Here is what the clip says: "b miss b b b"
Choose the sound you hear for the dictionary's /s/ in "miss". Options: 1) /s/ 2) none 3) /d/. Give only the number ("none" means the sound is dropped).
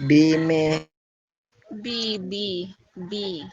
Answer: 2